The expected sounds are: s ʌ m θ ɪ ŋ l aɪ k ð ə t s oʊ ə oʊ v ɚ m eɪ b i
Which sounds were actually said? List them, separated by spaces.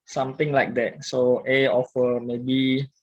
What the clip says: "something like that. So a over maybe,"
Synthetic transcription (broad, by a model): s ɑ m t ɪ ŋ l aɪ k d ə t s oʊ ə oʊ f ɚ m eɪ b i